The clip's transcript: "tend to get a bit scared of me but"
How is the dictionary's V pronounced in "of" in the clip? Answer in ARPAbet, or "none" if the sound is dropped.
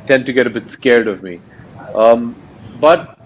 V